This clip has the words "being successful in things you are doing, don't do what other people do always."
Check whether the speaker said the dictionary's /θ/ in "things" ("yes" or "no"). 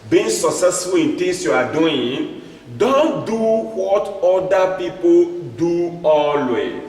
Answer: no